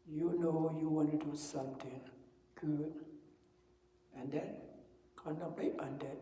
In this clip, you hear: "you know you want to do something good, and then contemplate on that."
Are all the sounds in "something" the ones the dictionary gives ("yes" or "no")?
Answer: no